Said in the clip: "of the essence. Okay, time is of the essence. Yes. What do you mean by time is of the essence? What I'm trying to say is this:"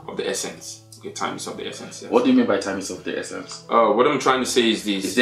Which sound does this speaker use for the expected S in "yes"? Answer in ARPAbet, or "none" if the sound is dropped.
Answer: none